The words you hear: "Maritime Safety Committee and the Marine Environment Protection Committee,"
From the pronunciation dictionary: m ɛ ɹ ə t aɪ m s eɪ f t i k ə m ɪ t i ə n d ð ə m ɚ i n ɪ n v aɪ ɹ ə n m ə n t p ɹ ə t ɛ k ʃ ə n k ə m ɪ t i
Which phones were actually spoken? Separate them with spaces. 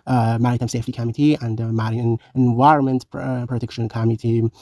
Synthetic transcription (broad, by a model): m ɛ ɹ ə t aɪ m s eɪ f t i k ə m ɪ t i ə n d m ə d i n ɪ n v aɪ ɹ ə n m ə n t p ɹ ə t ɛ k ʃ ə n k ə m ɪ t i